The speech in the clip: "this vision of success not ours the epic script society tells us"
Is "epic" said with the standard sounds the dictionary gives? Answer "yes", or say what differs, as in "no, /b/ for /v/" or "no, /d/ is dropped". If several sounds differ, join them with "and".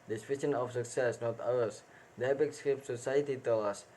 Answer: no, /b/ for /p/